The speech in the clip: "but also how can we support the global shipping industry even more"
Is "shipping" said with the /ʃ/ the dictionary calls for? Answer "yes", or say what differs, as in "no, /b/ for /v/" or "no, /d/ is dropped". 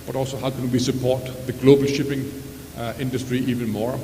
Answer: yes